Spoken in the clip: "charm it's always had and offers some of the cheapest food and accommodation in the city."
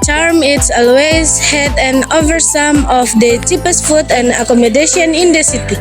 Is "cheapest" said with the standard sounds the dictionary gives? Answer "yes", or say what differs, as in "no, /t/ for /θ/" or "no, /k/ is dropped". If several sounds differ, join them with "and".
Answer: yes